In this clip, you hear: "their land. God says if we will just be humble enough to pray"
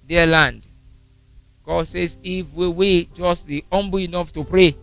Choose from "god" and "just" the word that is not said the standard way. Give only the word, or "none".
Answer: none